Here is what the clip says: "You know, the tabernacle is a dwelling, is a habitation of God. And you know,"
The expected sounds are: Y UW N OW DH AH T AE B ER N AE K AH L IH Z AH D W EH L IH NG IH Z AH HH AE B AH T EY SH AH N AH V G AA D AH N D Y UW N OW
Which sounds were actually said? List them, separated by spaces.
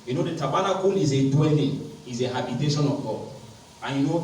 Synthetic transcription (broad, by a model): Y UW N OW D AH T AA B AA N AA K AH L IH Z AH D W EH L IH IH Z AH HH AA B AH T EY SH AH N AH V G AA AH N Y UW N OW